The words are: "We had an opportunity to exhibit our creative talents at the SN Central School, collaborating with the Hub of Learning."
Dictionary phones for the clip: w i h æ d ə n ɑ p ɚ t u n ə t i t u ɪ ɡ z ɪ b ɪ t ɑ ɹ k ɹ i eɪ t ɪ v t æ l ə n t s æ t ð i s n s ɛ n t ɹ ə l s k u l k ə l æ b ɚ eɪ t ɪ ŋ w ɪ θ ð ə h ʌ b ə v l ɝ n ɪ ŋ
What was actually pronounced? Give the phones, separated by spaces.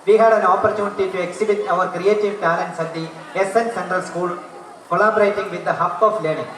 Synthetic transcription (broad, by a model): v i h æ d ə n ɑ p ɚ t u n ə t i t u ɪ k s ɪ b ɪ t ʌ ɹ k ɹ i eɪ t ɪ v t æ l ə n t s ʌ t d i s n s ɛ n t ɹ ə l s k u l k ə l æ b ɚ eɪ t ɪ ŋ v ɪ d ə h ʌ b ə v l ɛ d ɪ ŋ